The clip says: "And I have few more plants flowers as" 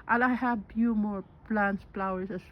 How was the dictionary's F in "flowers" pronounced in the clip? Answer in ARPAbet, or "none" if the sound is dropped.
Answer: P